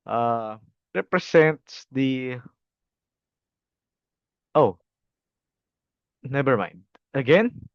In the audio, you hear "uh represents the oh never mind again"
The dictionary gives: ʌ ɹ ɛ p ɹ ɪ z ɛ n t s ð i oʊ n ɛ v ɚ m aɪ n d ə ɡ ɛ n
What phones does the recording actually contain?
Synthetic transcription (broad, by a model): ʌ ɹ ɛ p ɹ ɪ s ɛ n t s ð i oʊ n ɛ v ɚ m aɪ n d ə ɡ ɛ n